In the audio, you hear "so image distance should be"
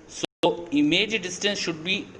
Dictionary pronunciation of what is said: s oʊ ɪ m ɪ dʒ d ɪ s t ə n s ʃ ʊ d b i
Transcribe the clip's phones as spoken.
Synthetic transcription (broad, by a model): s oʊ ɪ m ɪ dʒ d ɪ s t ə n s ʃ ʊ d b i